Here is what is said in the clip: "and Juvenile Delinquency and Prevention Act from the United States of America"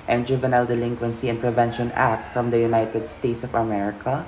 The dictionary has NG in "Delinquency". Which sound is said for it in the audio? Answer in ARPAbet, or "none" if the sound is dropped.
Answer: NG